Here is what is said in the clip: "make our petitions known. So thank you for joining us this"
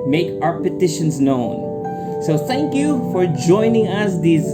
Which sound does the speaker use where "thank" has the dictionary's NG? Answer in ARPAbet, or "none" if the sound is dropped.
NG